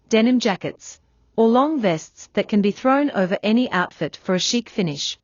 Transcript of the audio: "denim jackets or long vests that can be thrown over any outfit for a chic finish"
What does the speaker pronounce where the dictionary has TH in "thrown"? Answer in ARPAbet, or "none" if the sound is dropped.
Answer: TH